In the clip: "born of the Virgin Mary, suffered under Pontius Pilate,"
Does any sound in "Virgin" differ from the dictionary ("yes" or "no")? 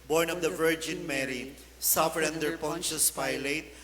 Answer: no